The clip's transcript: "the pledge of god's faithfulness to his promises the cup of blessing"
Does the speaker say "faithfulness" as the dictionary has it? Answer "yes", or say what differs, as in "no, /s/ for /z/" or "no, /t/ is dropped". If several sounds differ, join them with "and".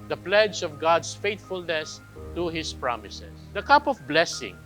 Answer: no, /t/ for /θ/